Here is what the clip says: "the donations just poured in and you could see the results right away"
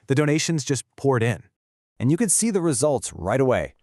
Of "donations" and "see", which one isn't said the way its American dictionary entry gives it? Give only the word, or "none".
none